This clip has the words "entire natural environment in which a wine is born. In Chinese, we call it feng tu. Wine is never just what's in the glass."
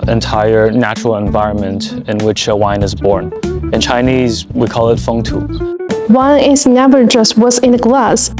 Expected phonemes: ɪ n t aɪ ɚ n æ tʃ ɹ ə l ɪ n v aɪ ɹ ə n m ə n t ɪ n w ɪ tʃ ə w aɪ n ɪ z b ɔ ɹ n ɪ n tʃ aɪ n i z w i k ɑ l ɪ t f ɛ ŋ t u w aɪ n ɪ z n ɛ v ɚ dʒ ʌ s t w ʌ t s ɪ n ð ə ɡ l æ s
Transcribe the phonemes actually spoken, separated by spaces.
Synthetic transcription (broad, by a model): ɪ n t aɪ ɚ n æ tʃ ɹ l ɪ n v aɪ ɹ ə n m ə n t ɪ n w ɪ tʃ ə w aɪ n ɪ z b ɔ ɹ n ɪ n tʃ aɪ n i z w i k ɑ l ɪ t f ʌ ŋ t u w aɪ n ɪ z n ɛ v ɚ dʒ ʌ s t w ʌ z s ɪ n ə ɡ l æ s